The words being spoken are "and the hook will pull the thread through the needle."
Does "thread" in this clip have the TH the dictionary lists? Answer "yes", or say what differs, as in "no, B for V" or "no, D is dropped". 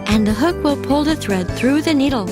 yes